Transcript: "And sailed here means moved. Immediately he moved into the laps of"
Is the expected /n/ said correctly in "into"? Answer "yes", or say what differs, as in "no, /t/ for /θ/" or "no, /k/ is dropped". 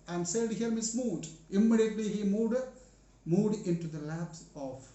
yes